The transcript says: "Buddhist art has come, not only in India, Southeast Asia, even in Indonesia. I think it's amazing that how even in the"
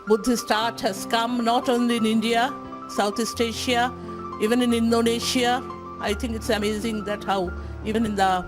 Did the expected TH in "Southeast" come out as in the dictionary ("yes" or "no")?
no